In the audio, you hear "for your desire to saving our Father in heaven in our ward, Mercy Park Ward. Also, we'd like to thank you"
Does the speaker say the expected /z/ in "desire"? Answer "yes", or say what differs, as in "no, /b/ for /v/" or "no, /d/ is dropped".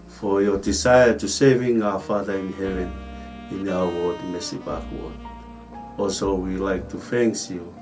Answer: no, /s/ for /z/